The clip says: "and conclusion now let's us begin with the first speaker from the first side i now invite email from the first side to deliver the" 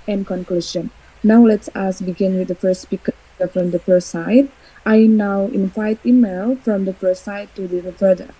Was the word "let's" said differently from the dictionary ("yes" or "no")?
no